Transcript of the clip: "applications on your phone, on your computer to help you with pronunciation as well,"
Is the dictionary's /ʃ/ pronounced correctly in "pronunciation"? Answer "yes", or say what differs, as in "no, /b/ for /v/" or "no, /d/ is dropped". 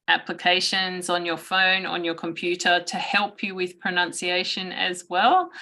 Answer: yes